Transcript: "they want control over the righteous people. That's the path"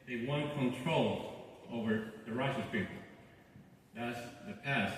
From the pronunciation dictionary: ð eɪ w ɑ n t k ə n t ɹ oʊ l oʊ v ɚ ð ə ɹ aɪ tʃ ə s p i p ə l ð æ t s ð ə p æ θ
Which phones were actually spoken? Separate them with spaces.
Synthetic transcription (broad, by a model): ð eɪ w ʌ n k ə n t ɹ oʊ l oʊ v ɚ ð ə ɹ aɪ s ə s p i p l ð æ t s ð ə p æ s